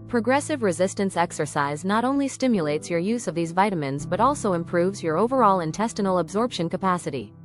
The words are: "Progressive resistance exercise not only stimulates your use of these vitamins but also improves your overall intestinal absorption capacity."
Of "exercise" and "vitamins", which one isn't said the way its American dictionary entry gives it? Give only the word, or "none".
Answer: none